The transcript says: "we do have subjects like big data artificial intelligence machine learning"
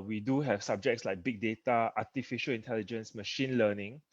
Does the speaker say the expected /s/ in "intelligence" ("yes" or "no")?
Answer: yes